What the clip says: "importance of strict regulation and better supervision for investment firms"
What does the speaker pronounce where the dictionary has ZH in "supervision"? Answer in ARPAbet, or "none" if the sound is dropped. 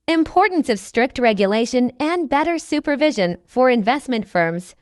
ZH